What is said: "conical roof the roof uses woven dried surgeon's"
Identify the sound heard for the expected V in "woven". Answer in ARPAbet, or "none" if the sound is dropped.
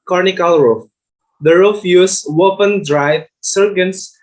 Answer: P